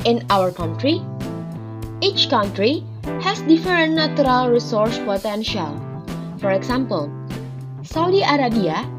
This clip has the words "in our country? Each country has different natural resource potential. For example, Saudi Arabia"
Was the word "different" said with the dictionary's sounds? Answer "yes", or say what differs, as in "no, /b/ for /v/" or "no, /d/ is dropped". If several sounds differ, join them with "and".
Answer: no, /ɹ/ is dropped